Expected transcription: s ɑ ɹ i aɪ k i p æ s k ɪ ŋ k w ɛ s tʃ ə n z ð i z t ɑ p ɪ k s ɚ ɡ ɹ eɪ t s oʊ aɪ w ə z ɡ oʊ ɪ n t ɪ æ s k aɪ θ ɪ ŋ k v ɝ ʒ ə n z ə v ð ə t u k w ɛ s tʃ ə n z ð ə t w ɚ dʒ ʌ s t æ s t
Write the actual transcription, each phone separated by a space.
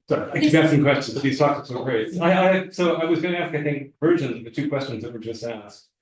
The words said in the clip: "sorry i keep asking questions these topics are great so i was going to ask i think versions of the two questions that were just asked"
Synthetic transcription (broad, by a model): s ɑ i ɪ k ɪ b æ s ɪ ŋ k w ɛ s tʃ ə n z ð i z t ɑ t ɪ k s ɚ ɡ ɹ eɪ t s oʊ aɪ w ə z ɡ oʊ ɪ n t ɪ æ s k aɪ θ ɪ ŋ k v ɝ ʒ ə n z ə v ð ə t u k w ɛ s tʃ ə n z ð ə t w ɚ dʒ ʌ s t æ s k